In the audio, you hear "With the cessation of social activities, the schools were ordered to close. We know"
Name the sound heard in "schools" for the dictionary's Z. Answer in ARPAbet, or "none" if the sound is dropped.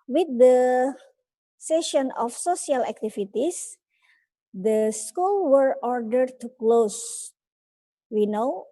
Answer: none